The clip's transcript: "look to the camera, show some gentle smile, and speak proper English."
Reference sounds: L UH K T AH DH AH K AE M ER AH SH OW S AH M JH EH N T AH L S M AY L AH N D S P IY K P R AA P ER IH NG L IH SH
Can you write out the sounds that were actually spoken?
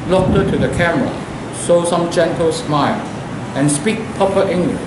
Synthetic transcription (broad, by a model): L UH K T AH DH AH K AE M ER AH S OW S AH M JH EH N T AH L S M AY L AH N S P IY K P AA P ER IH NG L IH